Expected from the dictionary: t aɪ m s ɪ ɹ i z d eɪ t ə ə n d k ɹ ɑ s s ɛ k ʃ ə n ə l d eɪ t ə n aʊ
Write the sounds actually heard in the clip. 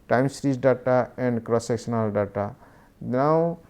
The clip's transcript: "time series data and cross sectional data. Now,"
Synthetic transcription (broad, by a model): t aɪ m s ɹ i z d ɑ t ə ə n d k ɹ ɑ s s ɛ k s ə n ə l d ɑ t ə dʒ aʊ